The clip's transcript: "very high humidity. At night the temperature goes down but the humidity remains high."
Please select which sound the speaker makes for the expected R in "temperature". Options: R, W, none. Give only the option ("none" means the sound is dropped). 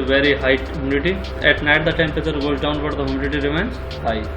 none